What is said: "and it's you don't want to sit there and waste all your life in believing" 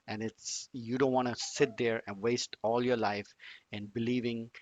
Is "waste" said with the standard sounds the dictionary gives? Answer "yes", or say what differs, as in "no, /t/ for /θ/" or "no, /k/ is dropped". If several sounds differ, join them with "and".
yes